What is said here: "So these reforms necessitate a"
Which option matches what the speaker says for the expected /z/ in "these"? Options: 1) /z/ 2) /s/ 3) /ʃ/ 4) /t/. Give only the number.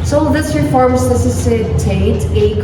2